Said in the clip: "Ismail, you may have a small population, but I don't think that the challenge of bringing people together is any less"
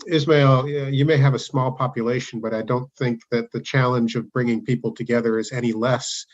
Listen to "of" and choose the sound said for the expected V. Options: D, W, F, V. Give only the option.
V